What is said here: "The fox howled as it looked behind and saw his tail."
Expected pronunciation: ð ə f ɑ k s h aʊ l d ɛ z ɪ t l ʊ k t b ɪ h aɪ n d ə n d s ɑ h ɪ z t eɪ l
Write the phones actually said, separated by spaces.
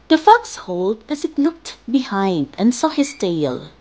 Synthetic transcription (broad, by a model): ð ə f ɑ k s h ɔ l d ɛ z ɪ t n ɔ k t b ɪ h aɪ n d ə n s ɑ h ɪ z t eɪ l